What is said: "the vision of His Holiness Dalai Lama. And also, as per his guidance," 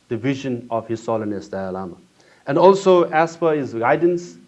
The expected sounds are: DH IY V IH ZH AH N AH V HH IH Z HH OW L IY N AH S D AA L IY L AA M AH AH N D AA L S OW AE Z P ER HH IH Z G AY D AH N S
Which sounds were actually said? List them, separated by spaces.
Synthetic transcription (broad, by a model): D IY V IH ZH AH N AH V HH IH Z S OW L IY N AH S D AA AH L AA M AH AH N D AA L S OW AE S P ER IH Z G AY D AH N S